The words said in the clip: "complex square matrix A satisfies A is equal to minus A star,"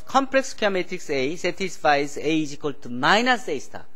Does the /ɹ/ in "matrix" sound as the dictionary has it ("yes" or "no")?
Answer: no